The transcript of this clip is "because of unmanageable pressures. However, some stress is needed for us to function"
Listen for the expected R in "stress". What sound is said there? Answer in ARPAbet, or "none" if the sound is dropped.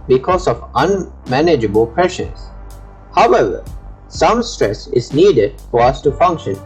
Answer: R